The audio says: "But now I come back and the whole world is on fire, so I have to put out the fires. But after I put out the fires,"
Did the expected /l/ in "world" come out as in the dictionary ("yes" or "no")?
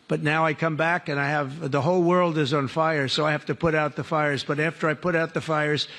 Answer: yes